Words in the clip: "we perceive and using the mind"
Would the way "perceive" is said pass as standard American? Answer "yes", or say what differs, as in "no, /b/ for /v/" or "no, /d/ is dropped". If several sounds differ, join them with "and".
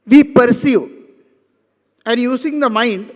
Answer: no, /v/ is dropped